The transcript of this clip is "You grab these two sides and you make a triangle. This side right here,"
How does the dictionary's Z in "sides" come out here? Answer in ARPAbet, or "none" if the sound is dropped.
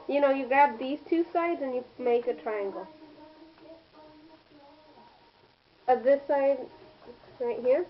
Z